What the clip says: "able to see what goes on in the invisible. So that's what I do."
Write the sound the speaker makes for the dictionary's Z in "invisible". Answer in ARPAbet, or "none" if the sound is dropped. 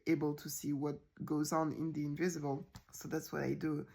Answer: Z